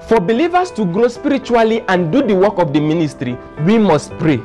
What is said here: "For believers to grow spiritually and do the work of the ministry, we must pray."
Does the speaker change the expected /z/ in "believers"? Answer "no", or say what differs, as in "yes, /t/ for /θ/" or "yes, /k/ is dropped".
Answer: yes, /s/ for /z/